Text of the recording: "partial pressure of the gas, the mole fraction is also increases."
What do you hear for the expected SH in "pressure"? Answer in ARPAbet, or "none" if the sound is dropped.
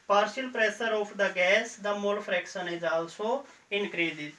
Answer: S